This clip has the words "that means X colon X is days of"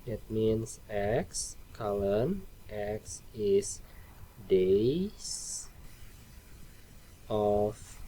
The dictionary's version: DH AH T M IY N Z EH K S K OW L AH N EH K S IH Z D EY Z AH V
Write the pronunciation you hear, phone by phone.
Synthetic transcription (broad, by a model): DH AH T M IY N S EH K S K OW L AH N EH K S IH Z D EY S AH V